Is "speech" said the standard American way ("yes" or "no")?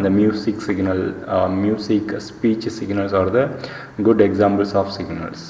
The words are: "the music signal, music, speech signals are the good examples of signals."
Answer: yes